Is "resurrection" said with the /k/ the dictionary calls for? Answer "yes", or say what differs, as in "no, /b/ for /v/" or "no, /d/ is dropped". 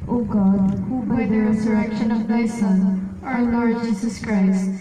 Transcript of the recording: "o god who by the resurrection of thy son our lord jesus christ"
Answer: yes